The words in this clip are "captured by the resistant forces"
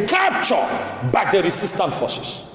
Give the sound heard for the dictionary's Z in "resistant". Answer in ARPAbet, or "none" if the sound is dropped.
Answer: S